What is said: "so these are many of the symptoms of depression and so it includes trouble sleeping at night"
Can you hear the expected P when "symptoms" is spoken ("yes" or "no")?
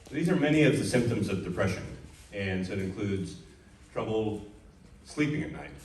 yes